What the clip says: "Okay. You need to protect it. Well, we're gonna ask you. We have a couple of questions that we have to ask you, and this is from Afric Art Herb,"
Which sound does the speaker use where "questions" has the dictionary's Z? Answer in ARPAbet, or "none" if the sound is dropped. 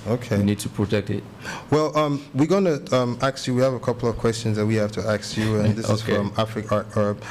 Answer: Z